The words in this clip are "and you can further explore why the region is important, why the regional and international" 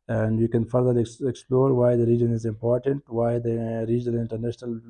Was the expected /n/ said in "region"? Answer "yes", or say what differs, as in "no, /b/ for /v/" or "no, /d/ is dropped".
yes